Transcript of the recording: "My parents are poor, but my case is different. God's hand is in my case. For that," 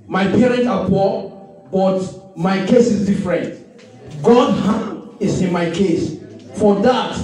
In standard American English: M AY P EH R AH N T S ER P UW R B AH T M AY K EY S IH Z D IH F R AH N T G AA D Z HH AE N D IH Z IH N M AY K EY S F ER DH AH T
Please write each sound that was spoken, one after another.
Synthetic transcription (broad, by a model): M AY P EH R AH N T AA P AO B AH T M AY K EY S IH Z D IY F R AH N T G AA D HH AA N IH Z IH N M AY K EY S F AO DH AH T